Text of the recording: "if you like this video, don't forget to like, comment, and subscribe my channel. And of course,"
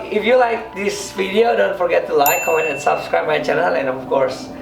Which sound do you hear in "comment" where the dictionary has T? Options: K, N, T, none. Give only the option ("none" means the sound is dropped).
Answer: none